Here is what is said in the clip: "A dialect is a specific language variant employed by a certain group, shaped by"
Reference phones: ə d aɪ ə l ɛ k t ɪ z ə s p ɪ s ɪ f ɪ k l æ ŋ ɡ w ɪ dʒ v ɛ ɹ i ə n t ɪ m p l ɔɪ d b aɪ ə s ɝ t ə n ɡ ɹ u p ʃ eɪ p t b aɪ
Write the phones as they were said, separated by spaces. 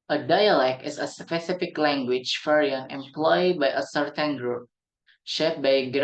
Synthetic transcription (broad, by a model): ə d aɪ ə l ɛ k t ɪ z ə s p ɪ s ɪ f ɪ k l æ ŋ ɡ w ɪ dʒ f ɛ ɹ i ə n ɪ m p l ɔɪ d b aɪ ə s ɝ t ə n ɡ ɹ u p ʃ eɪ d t b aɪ